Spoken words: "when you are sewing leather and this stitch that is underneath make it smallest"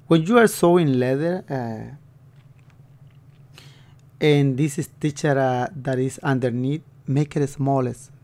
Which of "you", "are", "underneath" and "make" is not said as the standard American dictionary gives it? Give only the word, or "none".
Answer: underneath